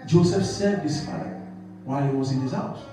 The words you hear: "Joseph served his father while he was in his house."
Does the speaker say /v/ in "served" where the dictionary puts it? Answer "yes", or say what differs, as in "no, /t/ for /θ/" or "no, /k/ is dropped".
no, /v/ is dropped